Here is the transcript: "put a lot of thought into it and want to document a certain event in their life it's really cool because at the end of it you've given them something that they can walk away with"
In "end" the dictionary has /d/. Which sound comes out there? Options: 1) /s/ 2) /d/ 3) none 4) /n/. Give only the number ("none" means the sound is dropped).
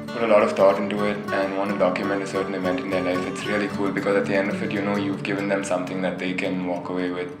2